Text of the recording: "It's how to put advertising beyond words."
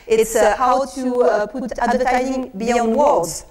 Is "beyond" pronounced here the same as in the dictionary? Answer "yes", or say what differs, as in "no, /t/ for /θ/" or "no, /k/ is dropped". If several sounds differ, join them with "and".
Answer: yes